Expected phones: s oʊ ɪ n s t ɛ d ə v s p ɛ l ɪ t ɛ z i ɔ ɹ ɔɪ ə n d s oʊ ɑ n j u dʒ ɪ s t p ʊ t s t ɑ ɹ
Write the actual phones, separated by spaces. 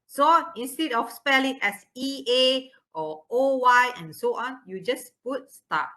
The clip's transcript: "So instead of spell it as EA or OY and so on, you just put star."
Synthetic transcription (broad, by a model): s oʊ ɪ n s t ɛ d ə f s p ɛ l ɪ t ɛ s i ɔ w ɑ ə n s oʊ ɑ n j u dʒ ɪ s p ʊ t s t ɑ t